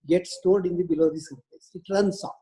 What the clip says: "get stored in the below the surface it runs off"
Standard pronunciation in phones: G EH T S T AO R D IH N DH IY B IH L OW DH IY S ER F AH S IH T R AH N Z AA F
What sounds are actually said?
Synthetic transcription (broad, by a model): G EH T S T AO R D IH N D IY B IH L OW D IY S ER P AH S IH T R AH N S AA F